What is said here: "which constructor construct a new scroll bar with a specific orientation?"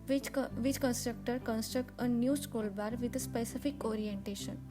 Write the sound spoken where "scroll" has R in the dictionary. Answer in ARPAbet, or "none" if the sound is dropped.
none